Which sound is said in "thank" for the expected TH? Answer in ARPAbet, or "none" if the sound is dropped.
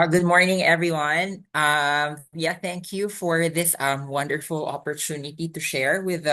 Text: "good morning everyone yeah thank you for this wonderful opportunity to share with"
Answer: TH